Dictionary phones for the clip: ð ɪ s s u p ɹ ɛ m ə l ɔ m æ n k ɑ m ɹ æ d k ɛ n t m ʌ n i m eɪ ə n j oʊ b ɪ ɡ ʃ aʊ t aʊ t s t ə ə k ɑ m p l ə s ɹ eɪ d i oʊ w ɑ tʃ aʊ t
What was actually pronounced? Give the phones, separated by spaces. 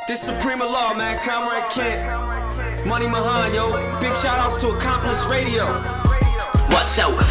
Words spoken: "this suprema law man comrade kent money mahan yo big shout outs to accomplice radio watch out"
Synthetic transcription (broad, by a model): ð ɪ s s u p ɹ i m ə l ɔ m æ n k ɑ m ɹ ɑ k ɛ t m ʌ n i m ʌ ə n j oʊ b ɪ ɡ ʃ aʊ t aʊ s t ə ə k ɑ m p l ə s ɹ eɪ d i oʊ w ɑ s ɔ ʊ